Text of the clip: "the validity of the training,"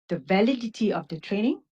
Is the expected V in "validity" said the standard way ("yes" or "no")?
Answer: yes